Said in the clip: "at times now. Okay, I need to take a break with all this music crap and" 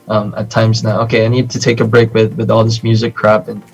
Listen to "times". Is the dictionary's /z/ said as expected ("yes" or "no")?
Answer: yes